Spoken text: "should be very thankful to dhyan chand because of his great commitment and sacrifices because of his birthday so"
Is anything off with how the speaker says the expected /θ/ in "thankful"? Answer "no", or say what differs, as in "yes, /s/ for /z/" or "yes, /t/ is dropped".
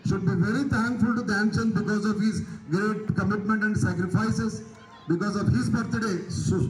yes, /t/ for /θ/